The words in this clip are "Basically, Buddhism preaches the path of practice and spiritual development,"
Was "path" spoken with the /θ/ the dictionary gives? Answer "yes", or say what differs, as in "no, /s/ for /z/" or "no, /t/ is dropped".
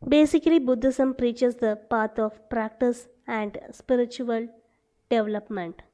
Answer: no, /t/ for /θ/